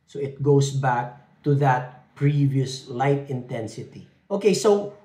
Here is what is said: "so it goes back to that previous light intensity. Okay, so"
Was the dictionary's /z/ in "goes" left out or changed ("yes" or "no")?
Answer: yes